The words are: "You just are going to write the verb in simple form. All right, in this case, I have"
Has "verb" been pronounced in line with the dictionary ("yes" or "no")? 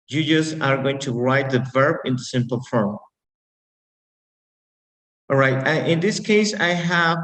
yes